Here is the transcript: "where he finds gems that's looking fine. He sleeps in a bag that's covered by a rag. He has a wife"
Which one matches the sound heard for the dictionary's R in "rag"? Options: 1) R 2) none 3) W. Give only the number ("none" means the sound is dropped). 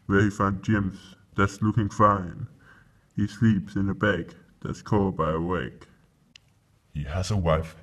3